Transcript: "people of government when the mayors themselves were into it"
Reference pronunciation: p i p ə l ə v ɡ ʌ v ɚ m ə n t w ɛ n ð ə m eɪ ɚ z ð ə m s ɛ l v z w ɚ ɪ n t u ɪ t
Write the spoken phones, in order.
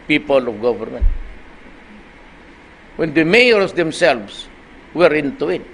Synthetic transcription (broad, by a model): p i p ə l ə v ɡ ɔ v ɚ m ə n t w ɛ n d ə m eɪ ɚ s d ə m s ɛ l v s w ɚ ɪ n t u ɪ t